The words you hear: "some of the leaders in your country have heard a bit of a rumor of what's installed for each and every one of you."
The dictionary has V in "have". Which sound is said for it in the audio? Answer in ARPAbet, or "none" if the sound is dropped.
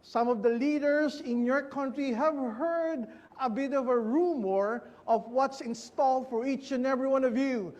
V